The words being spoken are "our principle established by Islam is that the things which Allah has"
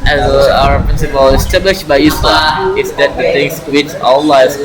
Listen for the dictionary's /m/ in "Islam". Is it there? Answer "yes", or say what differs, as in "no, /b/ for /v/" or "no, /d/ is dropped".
no, /m/ is dropped